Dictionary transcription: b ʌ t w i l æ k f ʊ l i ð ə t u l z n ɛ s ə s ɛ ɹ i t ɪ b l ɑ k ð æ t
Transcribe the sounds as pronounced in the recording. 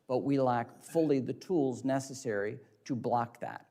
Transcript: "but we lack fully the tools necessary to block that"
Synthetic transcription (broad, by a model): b ʌ t w i l æ k f ʊ l i ð ə t u l z n ɛ s ə s ɛ ɹ i t ɪ b l ɑ k ð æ t